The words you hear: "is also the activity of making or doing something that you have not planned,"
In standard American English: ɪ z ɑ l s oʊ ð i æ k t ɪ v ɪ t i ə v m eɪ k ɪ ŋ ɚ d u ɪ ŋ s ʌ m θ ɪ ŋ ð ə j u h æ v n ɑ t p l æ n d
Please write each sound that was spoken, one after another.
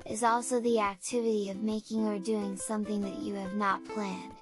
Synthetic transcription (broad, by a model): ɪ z ɑ l s oʊ ð i æ k t ɪ v ɪ t i ə v m eɪ k ɪ ŋ ɚ d u ɪ ŋ s ʌ m θ ɪ ŋ ð ə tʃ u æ v n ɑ t p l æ n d